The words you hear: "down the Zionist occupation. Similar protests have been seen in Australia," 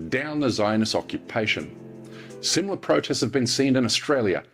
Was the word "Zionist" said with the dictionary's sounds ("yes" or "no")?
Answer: no